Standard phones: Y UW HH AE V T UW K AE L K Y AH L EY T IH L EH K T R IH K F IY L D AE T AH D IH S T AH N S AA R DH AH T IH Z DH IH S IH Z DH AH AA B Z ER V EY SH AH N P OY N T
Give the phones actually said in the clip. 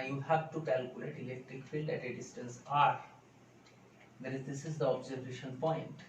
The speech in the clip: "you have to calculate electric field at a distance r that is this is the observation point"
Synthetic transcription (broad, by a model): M HH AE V T UW K AE L K Y AH L EY T IH L EH K T R IH K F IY L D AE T AH D IH S T AH N S AA R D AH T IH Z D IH S IH Z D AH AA B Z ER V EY SH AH N P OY N T